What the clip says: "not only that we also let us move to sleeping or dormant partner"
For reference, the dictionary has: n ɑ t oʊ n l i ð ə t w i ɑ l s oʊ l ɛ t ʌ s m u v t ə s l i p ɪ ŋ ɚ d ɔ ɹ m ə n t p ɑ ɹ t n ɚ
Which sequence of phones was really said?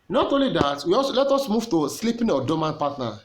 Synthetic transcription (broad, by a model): n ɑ t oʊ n l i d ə t w i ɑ s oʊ l ɛ t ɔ s m u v t ə s l i p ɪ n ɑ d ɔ m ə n p ɑ t n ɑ